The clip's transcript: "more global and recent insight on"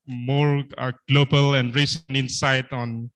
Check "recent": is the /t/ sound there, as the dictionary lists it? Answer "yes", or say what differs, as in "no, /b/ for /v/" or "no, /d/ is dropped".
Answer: no, /t/ is dropped